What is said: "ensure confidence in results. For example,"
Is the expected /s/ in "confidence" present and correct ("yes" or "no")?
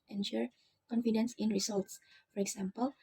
yes